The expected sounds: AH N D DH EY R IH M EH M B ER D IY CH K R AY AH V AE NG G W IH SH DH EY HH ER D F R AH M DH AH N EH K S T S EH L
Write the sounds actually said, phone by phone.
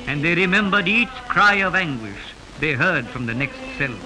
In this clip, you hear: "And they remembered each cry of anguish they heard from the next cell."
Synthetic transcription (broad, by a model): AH N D DH EY R IH M EH M B ER D IY CH K R AY AH V AE NG G W IH SH DH EY HH ER D F R AH M DH AH N EH K S T S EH L